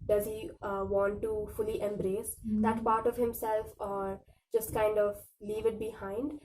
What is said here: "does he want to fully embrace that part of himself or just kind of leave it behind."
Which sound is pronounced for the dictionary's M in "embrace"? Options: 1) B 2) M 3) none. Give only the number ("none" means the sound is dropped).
2